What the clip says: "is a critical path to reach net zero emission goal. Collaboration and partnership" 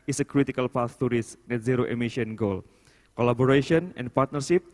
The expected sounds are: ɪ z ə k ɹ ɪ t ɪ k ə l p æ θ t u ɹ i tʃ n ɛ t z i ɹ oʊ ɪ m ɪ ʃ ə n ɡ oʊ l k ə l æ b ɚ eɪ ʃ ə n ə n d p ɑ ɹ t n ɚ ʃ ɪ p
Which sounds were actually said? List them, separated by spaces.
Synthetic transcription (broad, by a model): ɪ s ə k ɹ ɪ t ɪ k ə l p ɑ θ t u ɹ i s n ɛ t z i ɹ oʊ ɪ m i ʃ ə n ɡ oʊ l k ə l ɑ b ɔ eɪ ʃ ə n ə n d p ɑ ɹ t n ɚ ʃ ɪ p